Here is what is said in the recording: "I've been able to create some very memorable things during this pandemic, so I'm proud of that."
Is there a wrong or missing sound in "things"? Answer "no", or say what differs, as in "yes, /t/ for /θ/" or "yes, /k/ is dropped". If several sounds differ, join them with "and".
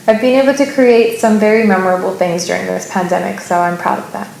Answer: no